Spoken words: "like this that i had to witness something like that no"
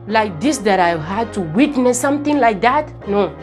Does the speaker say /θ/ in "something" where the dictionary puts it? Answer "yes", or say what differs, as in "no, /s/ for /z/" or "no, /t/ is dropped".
no, /t/ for /θ/